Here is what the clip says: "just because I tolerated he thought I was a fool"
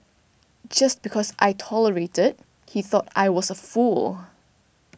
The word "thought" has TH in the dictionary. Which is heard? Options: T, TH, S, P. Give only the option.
TH